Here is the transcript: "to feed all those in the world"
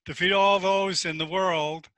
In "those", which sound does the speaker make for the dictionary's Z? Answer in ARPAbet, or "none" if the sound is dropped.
Z